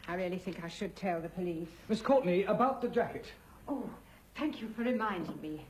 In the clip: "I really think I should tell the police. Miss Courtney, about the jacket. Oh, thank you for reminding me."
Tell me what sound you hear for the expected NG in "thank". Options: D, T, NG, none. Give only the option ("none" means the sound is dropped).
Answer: NG